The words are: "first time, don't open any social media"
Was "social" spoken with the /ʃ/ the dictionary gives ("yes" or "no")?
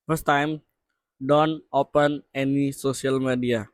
no